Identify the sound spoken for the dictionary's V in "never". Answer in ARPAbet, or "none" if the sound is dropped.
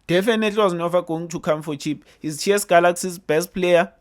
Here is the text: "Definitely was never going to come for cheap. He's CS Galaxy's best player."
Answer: F